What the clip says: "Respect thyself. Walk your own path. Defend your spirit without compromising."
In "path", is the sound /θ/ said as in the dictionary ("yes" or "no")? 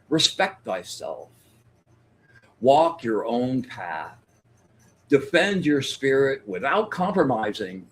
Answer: yes